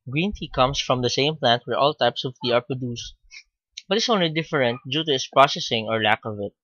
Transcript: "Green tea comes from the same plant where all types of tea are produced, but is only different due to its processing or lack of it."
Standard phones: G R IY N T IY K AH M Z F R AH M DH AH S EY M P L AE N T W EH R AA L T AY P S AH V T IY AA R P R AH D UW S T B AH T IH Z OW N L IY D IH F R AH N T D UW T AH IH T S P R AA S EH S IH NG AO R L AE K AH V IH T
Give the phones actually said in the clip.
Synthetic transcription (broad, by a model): G R IY N T IY K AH M S F R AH M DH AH S EY M P L AE N T W EH R AA L T AY P S AH V T IY AA R P R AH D UW S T B AH T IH S OW N L IY D IH F R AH N T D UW T AH IH T S P R AA S EH S IH NG AO R L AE K AH V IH T